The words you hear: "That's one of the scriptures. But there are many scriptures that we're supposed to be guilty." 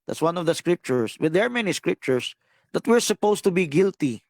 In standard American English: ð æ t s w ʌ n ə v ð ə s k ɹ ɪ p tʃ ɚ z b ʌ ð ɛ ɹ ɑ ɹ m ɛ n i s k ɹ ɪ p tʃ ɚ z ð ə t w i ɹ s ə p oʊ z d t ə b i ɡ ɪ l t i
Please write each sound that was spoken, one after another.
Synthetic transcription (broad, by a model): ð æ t s w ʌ n ə v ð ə s k ɹ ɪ p tʃ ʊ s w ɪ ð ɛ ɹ ɑ ɹ m ɛ n i s k ɹ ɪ p tʃ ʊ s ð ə t w i ɹ s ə p oʊ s t ə b i ɡ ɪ l t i